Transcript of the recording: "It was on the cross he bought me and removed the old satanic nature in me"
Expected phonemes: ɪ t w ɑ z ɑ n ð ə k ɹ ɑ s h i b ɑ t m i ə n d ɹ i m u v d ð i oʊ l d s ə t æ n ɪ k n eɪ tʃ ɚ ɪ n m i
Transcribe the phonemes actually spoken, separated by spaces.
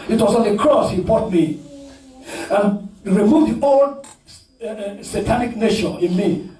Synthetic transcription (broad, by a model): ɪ t w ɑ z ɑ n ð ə k ɹ ɑ s h i b ɑ t m i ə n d ɹ i m u v d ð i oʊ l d s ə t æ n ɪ k n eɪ ʃ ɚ ɪ n m i